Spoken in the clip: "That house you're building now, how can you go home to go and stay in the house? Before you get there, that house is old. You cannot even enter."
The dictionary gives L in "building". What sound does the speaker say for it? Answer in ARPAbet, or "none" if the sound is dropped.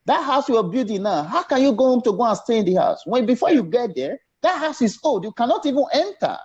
none